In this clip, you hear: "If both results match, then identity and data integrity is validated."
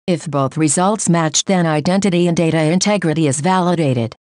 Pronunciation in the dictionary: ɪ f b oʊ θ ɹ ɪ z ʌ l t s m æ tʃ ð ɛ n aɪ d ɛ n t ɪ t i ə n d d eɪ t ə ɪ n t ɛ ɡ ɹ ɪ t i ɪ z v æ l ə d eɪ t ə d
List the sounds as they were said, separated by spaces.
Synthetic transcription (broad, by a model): ɪ f b oʊ θ ɹ ɪ z ʌ l t s m æ tʃ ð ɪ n aɪ d ɛ n t ɪ t i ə n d d eɪ t ə ɪ n t ɛ ɡ ɹ ɪ t i ɪ z v æ l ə d eɪ t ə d